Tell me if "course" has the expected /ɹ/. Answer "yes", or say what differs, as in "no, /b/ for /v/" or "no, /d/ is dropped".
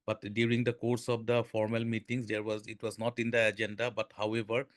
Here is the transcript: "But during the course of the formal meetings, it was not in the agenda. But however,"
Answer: yes